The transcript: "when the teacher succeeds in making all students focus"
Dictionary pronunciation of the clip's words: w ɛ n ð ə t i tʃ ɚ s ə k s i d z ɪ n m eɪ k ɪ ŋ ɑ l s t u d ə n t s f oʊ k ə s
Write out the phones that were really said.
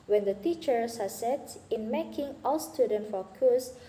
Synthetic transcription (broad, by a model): w ɛ n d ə t i tʃ ɚ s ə s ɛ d ɪ n m eɪ k ɪ ŋ ɑ l s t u d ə n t f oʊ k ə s